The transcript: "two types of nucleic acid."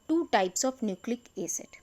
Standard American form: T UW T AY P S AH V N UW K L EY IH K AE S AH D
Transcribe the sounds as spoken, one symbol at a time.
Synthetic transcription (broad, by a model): T UW T AY P S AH F N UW K L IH K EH S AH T